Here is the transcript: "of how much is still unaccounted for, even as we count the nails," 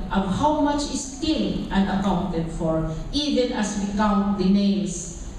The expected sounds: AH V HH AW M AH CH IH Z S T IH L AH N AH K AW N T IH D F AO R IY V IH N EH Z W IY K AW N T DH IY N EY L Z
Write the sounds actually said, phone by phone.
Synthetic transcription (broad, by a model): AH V HH AW M AH CH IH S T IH N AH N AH K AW N T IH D F AO R IY V IH N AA S W IY K AW N T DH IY N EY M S